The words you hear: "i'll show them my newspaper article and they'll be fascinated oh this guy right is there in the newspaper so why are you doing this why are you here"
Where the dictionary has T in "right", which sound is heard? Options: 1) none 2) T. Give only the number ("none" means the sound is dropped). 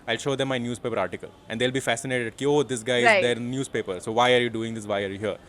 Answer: 1